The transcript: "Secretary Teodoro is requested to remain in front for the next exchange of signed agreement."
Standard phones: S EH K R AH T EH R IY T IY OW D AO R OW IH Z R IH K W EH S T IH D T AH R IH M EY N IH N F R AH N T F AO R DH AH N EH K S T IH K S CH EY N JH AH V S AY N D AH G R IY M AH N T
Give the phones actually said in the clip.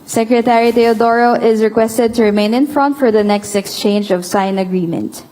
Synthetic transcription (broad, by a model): S EH K R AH T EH R IY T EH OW D AO R OW IH Z R IH K W EH S T IH D T AH R IH M EY N IH N F R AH N T F AO R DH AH N EH K S T IH K S CH EY N JH AH V S AY N AH G R IY M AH N T